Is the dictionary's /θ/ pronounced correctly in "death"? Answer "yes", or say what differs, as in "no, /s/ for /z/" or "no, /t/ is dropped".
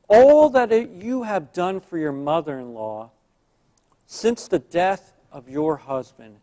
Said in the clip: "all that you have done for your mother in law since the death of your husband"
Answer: yes